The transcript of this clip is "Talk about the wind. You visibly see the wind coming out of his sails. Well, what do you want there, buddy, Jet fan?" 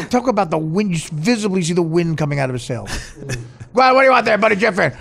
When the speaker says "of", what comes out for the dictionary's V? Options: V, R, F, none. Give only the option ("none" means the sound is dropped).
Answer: V